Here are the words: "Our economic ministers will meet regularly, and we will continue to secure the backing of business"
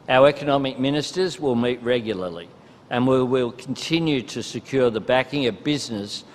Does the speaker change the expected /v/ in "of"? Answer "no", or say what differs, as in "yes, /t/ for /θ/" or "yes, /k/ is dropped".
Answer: no